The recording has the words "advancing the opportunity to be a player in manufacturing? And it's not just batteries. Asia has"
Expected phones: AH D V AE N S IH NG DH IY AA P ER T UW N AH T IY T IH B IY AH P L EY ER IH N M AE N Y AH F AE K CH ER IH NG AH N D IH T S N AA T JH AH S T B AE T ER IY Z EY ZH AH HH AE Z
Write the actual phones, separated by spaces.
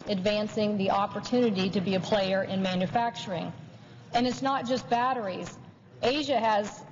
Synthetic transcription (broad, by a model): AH D V AE N S IH NG DH IY AA P ER T UW N AH T IY T IH B IY AH P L EY ER IH N M AE N Y AH F AE K CH ER IH NG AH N IH T S N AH T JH AH S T B AE T ER IY Z EY ZH AH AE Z